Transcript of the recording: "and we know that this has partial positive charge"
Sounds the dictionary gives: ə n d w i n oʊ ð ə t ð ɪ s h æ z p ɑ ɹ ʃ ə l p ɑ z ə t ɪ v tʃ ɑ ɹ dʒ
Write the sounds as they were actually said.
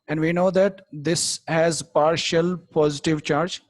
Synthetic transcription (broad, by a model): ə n d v i n oʊ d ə t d ɪ s h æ z p ɑ ɹ ʃ ə l p ɑ z ə t ɪ v tʃ ɑ ɹ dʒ